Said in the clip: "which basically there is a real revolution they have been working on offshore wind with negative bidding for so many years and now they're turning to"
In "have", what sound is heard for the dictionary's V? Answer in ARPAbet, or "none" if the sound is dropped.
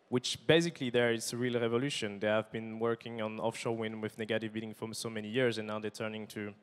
V